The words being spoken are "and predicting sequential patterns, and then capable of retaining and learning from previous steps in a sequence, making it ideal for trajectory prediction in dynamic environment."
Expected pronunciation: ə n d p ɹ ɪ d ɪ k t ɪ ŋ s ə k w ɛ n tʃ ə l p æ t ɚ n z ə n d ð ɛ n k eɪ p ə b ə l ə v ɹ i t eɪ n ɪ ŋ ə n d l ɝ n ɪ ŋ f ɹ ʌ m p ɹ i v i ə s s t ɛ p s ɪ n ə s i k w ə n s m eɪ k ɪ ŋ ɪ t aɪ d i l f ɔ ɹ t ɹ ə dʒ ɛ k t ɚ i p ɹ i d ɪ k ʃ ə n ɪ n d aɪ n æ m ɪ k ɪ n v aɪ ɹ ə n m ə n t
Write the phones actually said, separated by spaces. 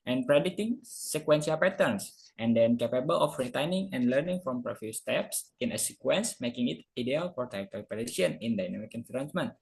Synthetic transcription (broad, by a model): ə n p ɹ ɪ d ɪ t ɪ ŋ s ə k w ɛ n s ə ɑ p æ t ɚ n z ə n d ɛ n k eɪ p ə b ə l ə f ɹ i t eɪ n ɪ ŋ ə n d l ɝ n ɪ ŋ f ɹ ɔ m p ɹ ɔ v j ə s s t ɛ p s ɪ n ə s i k w ə n s m eɪ k ɪ ŋ ɪ t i d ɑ l f ɔ ɹ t ə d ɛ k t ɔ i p ɹ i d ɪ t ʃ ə n ɪ n d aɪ n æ m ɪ k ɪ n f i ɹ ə n m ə n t